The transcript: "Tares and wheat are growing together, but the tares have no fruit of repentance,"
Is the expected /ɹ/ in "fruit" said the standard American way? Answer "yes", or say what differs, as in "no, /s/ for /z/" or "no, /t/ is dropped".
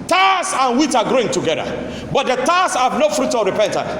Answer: yes